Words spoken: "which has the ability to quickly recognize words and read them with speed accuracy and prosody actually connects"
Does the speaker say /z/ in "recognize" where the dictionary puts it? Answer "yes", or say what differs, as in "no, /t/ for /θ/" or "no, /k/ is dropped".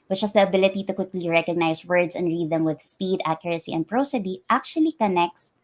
no, /s/ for /z/